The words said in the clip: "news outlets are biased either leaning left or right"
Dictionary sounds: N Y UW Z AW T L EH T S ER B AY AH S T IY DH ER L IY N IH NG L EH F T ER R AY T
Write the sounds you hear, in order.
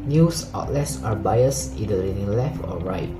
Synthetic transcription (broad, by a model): N Y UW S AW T L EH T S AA B AY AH S IY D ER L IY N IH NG L EH F T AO R AY T